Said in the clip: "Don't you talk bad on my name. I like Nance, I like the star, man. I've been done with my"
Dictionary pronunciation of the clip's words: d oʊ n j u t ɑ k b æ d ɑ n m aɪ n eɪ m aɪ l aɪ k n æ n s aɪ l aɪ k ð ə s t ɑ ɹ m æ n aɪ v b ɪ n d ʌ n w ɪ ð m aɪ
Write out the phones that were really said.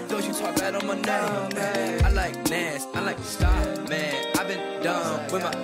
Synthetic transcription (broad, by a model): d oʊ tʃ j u t ɑ k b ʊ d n m aɪ n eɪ aɪ l aɪ k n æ s aɪ l aɪ k s t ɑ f m æ n aɪ v b ɪ n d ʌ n w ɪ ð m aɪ